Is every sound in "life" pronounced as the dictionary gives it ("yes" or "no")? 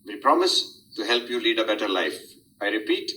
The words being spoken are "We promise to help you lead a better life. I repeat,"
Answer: yes